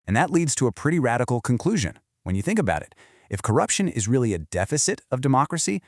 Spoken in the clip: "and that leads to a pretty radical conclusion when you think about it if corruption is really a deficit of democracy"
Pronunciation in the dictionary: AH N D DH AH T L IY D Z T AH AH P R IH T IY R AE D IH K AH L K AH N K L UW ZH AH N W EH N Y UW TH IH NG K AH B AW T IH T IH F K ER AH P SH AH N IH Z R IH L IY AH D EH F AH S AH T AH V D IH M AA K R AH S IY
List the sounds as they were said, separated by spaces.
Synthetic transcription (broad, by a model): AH N DH AH T L IY D Z T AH AH P R IH T IY R AE D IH K L K AH N K L UW ZH AH N W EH N Y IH TH IH NG K AH B AW T IH T IH F K ER AH P SH AH N IH Z R IH L IY AH D EH F AH S AH T AH V D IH M AA K R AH S IY